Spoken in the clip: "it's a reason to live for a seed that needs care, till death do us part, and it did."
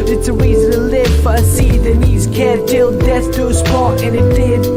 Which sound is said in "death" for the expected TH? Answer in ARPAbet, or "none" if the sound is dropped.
S